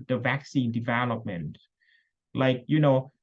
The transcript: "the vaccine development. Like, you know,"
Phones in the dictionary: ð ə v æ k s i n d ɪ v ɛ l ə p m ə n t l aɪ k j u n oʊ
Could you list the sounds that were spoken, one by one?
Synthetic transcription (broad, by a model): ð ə v æ k s i n d ɪ v ɛ l ə p m ə n t l aɪ k j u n oʊ